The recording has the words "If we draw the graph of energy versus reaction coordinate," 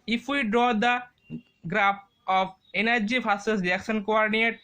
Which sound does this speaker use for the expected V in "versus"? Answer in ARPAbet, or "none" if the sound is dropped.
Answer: F